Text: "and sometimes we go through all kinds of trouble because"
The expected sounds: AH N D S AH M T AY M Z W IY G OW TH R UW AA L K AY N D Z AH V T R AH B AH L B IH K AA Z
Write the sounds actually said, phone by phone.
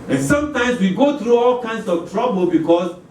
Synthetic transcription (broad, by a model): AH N S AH M T AY M S W IY G OW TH R UW AA L K AY N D S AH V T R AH B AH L B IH K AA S